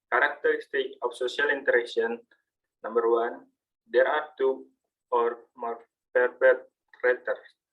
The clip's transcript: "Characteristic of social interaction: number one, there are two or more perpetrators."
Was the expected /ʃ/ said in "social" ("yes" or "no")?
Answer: no